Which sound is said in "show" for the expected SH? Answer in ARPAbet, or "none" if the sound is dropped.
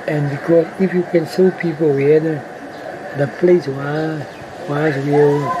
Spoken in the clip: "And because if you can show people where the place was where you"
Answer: S